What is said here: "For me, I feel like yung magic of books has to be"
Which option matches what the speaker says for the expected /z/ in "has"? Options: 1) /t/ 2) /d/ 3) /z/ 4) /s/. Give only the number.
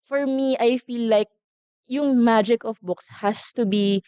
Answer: 4